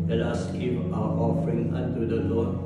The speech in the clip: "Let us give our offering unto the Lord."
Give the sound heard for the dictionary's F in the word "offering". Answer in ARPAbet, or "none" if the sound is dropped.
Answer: F